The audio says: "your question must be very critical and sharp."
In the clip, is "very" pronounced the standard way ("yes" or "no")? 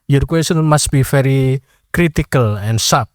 no